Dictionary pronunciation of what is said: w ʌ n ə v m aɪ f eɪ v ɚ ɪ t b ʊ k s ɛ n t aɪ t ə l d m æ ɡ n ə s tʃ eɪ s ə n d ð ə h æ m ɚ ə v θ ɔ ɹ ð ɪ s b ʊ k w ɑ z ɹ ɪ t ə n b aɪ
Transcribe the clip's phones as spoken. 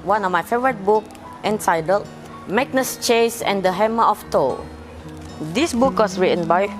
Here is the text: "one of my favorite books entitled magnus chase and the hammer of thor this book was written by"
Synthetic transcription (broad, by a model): w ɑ n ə f m aɪ f eɪ v ɚ ɪ t b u k ɛ n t aɪ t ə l m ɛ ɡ n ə s tʃ eɪ s ə n d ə h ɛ m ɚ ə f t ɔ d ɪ s b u k w ɑ s ɹ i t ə n b aɪ